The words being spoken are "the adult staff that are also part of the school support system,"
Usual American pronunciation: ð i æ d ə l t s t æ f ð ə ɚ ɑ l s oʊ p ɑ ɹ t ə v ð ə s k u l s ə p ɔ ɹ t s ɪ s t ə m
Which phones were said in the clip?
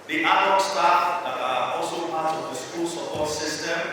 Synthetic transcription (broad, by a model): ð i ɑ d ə t s t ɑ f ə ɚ ɑ l s oʊ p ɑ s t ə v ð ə s k u l s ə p ɔ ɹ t s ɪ s t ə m